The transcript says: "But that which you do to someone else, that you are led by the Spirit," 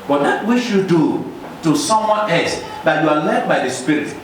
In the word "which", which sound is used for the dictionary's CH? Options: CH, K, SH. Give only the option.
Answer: SH